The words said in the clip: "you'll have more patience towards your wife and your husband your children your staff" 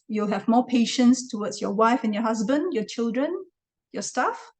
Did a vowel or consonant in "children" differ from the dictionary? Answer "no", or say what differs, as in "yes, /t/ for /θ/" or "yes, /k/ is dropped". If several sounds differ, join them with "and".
no